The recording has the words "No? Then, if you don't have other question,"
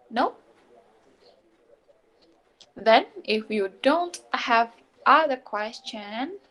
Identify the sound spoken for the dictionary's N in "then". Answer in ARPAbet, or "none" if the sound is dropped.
N